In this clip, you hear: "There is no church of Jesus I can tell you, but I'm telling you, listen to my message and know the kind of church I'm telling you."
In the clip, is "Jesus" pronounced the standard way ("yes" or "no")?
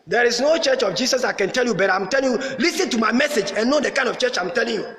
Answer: no